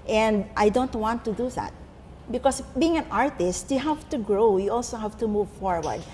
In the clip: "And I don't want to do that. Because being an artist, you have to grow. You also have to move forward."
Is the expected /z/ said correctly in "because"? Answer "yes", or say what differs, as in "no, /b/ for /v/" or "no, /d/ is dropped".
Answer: no, /s/ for /z/